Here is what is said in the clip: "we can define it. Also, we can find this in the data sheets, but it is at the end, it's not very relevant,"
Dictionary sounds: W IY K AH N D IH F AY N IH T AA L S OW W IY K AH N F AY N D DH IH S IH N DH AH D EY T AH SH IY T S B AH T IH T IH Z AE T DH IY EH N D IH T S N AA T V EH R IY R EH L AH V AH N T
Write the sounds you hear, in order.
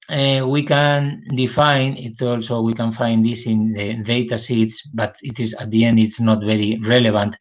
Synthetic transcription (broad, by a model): W IY K AH N D IH F AY N IH T AA L S OW W IY K AH N F AY N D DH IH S IH N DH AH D EY T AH S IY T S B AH T IH T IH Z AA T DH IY EH N D IH T S N AA T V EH R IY R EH L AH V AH N T